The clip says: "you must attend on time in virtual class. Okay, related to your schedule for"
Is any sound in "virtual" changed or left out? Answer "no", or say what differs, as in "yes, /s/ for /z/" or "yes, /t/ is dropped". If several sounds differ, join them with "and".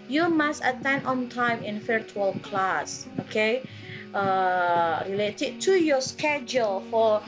yes, /f/ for /v/